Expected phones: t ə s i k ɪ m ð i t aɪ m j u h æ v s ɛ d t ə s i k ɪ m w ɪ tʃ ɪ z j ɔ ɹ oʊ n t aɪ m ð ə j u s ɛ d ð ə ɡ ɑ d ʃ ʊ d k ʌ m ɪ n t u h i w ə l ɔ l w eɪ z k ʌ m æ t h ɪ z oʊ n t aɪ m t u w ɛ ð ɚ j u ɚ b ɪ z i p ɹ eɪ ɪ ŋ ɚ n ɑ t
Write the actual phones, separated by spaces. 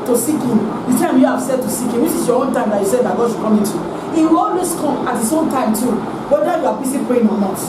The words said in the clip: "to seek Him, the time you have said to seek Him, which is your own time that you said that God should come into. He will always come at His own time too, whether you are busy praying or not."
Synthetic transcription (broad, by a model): t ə s i k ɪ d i t aɪ m j u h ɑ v s ɛ d t ə s i k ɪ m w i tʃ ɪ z j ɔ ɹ oʊ n t aɪ m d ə j u s ɛ d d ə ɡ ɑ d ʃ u k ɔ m ɪ n t u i w ə l ɔ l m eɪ s k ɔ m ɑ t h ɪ s oʊ n t aɪ m t u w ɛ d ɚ j u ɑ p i s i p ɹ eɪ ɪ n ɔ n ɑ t